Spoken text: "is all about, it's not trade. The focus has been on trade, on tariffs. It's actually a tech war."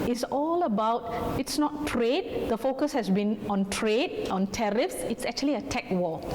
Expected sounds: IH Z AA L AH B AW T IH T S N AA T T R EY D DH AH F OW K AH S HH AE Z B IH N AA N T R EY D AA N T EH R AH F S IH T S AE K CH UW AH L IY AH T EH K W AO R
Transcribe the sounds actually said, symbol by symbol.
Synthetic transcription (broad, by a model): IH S AA L AH B AW T IH T S N AA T T R EY D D AH F OW K AH S HH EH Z B IH N AA N T R EY D AA N T EH R AH F S IH T S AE K CH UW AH L IY AH T EH K W AO